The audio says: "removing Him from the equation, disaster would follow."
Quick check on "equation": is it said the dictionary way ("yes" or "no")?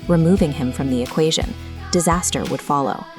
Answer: yes